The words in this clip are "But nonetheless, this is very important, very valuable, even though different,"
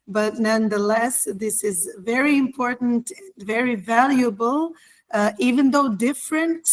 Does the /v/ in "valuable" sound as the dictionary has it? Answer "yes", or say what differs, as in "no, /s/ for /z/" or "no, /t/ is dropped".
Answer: yes